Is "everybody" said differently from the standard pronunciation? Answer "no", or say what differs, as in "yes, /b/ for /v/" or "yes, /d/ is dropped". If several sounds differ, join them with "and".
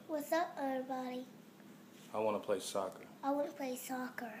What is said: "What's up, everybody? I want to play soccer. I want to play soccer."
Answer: yes, /v/ is dropped